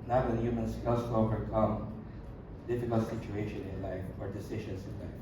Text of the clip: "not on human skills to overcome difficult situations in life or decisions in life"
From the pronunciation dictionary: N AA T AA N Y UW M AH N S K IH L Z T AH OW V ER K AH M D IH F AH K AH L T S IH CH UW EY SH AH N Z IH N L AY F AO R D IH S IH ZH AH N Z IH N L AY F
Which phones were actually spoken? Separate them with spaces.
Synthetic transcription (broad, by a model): N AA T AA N Y UW M AH N S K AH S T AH OW V ER K AH M D IH F AH K AH L T S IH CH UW EY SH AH N IH N L AY F AO R D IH S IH SH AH N S IH N L AY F